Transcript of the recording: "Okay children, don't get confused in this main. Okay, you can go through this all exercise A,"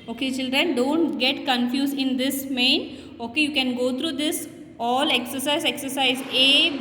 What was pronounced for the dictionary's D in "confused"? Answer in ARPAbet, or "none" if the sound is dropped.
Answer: none